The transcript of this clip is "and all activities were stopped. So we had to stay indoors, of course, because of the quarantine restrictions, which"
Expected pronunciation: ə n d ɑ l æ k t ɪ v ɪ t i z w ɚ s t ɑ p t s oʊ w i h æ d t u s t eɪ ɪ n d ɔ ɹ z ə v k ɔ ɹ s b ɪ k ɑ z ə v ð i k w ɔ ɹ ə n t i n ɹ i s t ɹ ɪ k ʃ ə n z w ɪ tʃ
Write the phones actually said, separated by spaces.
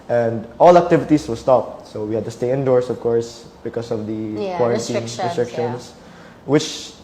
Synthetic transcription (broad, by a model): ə n d ɑ l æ k t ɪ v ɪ t i s w ɚ s t ɑ p t s oʊ w i h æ d t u s t eɪ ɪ n d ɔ ɹ s ə v k ɔ ɹ s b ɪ k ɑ s ə v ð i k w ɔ ɹ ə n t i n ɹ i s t ɹ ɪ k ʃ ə n s w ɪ tʃ